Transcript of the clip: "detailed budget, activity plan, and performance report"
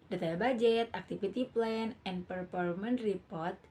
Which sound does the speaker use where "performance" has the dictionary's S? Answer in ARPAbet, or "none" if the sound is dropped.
none